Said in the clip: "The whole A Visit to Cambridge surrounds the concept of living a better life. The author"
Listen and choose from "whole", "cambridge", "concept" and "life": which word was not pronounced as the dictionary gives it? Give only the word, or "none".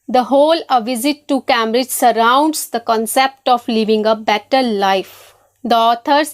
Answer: cambridge